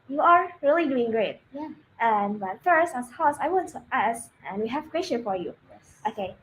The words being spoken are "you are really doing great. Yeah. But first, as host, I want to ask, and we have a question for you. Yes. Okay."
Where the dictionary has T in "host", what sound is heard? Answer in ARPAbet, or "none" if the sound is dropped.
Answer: none